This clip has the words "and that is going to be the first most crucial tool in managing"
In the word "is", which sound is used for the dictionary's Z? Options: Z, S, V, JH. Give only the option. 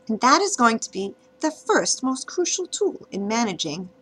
Z